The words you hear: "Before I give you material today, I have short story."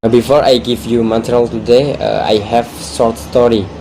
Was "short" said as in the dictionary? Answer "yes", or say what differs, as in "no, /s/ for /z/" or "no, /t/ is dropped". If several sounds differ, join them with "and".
no, /s/ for /ʃ/